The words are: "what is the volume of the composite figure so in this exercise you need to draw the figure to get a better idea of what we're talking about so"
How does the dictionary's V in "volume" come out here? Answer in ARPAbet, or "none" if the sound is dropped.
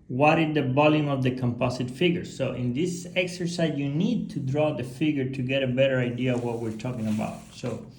B